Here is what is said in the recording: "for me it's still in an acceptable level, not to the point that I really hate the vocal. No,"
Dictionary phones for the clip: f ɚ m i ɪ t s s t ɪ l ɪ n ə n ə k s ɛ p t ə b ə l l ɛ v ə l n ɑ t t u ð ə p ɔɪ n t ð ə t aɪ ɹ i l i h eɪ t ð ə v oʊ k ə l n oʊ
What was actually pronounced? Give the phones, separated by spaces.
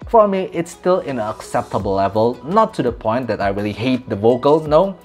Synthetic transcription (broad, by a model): f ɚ m i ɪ t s s t ɪ l ɪ n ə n ə k s ɛ p t ə b ə l l ɛ v ə l n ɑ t t u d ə p ɔɪ n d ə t aɪ ɹ i l i h eɪ t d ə v oʊ k ə l n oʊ